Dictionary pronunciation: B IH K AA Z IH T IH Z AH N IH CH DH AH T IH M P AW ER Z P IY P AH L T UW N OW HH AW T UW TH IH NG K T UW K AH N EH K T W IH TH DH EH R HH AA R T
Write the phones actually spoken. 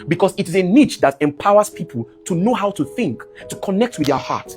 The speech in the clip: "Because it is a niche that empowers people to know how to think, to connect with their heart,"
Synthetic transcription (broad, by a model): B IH K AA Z IH T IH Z AH N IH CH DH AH T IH M P AW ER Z P IY P AH L T UW N OW HH AW T UW TH IH NG K T UW K AH N EH K T W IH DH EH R HH AA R T